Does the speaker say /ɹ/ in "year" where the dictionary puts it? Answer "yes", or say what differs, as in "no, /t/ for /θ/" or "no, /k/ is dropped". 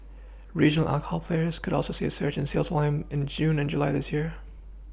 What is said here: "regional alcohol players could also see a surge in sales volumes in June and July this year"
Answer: yes